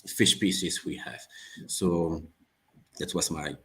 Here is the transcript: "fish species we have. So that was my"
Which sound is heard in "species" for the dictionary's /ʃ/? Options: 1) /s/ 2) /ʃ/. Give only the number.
1